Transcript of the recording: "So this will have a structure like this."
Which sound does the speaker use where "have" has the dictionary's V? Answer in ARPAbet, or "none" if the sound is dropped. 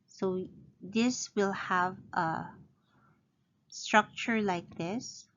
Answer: V